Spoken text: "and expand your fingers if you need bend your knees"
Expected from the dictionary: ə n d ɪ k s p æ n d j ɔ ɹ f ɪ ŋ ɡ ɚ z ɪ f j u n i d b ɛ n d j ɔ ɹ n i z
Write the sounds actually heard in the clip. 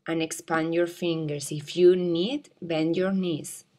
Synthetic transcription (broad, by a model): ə n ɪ k s p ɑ n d j ɔ ɹ f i ŋ ɡ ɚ s ɪ f j u n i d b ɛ n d j ɔ ɹ n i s